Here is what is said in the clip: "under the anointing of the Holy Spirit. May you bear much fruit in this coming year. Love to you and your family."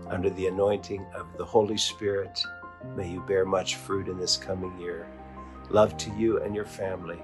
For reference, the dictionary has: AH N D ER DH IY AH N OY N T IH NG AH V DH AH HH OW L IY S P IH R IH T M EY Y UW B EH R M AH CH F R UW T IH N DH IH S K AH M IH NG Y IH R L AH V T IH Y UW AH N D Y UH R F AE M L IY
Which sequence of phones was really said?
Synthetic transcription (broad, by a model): AH N D ER DH IY AH N OY N T IH NG AH V DH AH HH OW L IY S P IH R IH T M EY Y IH B EH R M AH CH F R UW T IH N DH IH S K AH M IH NG Y IH R L AH V T IH Y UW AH N Y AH R F AE M L IY